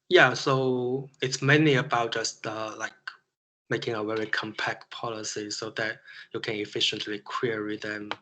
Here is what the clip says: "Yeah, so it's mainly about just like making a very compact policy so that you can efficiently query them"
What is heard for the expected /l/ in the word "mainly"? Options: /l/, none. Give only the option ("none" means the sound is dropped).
none